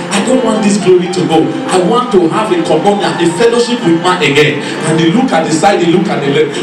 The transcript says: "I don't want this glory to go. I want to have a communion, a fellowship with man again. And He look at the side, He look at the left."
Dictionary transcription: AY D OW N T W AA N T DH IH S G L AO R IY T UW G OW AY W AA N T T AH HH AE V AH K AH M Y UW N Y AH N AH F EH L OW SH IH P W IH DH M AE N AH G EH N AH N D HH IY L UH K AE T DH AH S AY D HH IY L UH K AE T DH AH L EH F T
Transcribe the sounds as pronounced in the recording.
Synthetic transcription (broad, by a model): AY D OW N T W AA N T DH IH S G L AO R IY T UW G OW AY W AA N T T AH HH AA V AH K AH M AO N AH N AH F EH L OW SH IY P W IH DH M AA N AH G EH N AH N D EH L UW K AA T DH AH S AY D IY L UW K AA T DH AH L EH